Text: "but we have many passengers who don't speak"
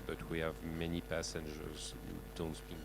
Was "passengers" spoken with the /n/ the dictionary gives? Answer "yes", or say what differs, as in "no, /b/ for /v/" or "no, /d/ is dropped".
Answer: yes